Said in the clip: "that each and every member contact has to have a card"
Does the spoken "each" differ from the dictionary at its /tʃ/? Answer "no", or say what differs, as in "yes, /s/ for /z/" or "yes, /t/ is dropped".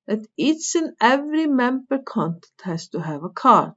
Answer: yes, /s/ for /tʃ/